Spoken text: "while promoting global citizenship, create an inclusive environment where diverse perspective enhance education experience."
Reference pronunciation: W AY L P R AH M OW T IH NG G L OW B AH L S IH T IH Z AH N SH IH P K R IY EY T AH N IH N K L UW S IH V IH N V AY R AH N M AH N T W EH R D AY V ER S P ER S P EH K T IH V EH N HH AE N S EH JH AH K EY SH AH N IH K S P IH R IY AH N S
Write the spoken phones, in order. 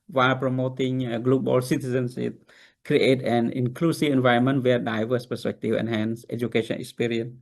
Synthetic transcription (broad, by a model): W AY L P R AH M OW T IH NG G L OW B AH L S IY T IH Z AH N S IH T K R IY EY T AH N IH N K L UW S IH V IH N V AY R AH N M AH N T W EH D AY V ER S P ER S P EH K T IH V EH N HH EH N S EH JH AH K EY SH AH N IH K S P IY R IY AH N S